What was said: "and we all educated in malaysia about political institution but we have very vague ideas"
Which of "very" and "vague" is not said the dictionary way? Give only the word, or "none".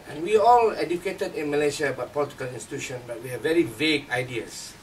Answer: none